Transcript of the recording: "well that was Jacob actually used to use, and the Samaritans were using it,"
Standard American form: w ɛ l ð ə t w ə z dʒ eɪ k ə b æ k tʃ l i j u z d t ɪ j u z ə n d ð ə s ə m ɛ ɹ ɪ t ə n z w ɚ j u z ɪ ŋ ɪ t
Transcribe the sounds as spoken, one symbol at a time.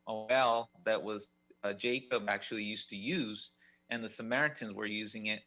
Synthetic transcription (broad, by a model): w ɛ l ð ə t w ə z dʒ eɪ k ə b æ k tʃ l i j u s t ɪ j u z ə n ð ə s ə m ɛ ɹ ɪ t ə n z w ɚ j u z ɪ ŋ ɪ t